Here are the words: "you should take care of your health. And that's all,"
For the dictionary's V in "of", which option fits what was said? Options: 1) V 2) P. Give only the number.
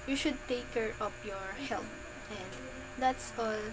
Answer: 2